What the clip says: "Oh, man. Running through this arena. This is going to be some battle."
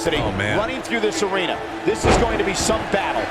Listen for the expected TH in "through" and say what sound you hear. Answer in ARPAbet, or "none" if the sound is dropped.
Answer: TH